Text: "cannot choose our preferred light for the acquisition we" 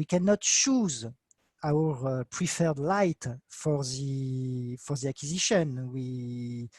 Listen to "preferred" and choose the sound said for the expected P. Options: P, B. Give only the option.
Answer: P